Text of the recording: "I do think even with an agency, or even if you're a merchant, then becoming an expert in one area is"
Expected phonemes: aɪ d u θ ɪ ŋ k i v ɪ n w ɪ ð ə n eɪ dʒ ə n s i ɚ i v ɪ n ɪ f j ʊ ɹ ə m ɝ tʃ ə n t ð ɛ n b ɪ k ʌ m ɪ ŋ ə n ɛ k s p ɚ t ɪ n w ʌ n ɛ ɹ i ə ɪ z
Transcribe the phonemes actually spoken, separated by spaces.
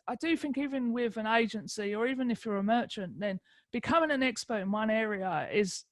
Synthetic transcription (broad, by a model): aɪ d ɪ θ ɪ ŋ k i v ɪ n w ɪ ð ə n eɪ dʒ ə n s i ɚ i v ɪ n ɪ f j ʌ ɹ ə m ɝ tʃ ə n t ð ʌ n b ɪ k ʌ m ɪ ŋ ə n ɛ k s p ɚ t ɪ n w ʌ n ɛ ɹ i ə ɪ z